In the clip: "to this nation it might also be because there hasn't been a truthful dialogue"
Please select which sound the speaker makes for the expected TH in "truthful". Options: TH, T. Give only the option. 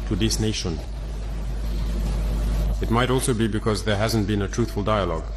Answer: TH